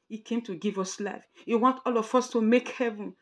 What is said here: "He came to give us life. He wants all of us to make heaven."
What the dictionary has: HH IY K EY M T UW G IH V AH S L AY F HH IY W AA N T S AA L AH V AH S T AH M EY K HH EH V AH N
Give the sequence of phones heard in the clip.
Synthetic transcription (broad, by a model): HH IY K EY M T UW G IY V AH S L AY F HH IY W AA N T AA L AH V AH S T AH M EY K HH EH V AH N